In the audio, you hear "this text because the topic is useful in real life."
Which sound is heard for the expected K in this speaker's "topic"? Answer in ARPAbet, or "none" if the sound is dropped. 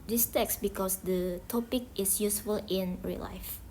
K